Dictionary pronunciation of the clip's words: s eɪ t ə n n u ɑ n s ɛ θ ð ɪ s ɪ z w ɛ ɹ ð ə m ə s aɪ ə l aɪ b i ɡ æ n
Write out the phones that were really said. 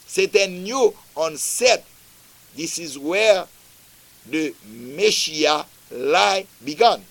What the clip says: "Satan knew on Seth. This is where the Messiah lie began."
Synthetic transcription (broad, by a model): s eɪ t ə n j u ɑ n s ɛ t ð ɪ s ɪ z w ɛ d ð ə m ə ʃ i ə l aɪ b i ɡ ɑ n